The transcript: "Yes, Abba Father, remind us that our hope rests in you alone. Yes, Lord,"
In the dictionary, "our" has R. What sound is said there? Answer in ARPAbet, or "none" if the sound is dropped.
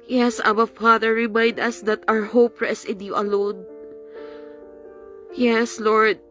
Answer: R